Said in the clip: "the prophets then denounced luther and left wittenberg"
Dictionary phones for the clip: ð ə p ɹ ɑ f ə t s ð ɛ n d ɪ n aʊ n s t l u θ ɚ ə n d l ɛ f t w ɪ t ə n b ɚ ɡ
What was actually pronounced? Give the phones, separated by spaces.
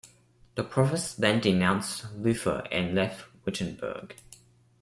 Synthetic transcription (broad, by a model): ð ə p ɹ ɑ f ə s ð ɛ n d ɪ n aʊ n s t l u f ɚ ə n l ɛ f t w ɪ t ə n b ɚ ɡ